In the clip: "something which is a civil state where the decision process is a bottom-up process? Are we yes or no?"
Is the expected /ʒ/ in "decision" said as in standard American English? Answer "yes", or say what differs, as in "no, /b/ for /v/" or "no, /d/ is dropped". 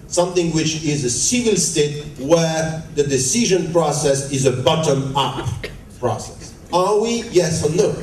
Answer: yes